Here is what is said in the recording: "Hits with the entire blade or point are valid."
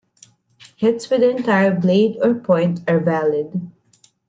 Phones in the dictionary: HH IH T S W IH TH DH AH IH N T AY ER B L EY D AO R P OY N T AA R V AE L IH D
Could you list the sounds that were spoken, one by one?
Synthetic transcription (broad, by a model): HH IH T S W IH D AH IH N T AY ER B L EY D AO R P OY N T AA R V AE L IH D